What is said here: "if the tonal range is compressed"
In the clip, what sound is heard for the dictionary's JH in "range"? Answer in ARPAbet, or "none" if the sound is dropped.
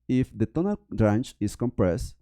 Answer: CH